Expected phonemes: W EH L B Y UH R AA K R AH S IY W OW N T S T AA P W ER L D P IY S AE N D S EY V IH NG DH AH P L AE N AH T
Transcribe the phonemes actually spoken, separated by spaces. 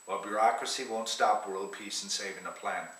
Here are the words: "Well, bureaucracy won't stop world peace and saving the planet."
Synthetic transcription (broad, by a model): W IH L B Y UH R AA K R AH S IY W OW N T S T AA P W ER L D P IY S N S EY V IH NG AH P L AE N